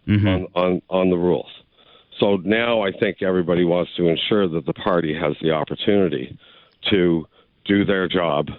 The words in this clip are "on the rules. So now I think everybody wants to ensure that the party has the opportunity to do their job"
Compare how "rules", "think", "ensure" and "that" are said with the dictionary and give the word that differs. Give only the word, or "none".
none